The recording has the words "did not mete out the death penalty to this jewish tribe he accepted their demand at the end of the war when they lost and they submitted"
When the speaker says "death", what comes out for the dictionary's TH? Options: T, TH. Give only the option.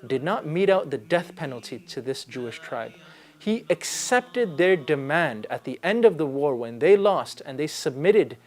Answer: TH